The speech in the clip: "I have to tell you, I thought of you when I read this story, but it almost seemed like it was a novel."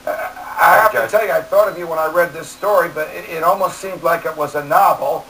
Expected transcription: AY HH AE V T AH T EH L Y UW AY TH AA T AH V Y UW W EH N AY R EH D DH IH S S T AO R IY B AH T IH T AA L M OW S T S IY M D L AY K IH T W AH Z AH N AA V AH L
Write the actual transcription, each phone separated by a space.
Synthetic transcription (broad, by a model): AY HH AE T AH T EH L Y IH AY TH AA T AH V Y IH W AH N AY R EH D DH IH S S T AO R IY B AH T IH T AA L M OW S T S IY M D L AY K IH T W AH Z AH N AA V L